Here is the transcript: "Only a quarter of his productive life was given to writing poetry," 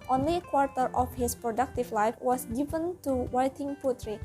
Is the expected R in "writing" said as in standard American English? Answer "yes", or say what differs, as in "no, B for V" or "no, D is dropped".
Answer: no, W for R